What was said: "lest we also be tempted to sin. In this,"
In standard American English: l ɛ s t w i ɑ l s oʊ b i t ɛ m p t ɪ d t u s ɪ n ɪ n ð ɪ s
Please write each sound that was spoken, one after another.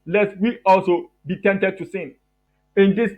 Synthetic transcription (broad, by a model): l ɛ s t w i ɑ l s oʊ b i t ɛ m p t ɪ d t u s ɪ n ɪ n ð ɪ s